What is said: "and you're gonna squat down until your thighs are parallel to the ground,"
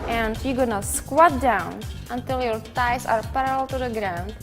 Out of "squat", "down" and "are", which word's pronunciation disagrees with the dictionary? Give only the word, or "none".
none